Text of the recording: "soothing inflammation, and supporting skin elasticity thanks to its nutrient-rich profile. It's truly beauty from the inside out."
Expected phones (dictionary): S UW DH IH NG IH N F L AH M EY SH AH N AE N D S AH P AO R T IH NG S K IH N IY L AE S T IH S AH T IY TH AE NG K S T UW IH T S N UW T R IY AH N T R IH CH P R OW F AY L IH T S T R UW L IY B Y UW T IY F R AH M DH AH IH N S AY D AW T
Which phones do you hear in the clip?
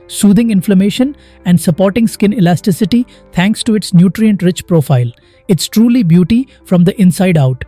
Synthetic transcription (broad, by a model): S UW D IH NG IH N F L AH M EY SH AH N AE N D S AH P AO R T IH NG S K IH N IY L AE S T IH S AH T IY T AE NG K S T UW IH T S N UW T R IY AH N T R IH CH P R OW F AY L IH T S T R UW L IY B Y UW T IY F R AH M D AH IH N S AY D AW T